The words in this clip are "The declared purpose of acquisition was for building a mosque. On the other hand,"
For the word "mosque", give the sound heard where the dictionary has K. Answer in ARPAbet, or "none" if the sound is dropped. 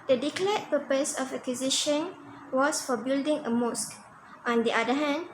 K